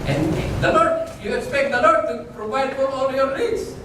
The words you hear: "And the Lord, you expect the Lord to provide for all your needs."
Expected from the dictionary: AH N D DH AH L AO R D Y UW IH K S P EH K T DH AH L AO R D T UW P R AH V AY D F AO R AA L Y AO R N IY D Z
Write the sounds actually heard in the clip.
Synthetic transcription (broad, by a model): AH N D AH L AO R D Y UW IH K S P EH K T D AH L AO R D T UW P R AH V AY D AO L AA L Y AO R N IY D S